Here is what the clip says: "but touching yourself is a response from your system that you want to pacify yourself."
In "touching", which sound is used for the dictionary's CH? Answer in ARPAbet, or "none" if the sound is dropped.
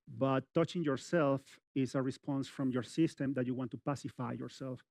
CH